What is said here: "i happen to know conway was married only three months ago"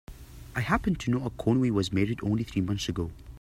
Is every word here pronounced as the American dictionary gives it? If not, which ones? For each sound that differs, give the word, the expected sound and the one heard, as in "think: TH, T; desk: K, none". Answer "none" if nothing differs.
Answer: none